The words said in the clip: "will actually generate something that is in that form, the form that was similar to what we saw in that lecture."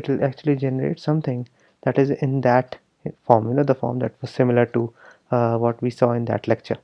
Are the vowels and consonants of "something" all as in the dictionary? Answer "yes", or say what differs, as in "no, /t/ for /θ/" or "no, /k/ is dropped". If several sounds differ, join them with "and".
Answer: no, /t/ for /θ/